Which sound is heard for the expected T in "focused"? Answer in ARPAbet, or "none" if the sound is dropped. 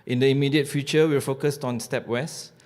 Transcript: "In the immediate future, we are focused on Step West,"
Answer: T